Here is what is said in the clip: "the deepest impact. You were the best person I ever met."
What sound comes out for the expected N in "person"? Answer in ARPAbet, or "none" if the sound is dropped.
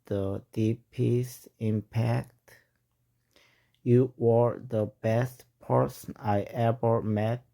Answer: N